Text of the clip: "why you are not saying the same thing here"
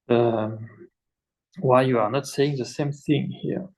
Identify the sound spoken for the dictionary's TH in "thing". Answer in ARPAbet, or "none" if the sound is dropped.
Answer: TH